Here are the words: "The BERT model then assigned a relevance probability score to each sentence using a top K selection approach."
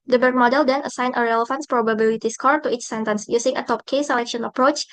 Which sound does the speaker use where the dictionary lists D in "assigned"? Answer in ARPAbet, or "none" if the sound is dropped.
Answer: none